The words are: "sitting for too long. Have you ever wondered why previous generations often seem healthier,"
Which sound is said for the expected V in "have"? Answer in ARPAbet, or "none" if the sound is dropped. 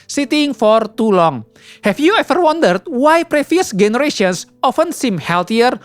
F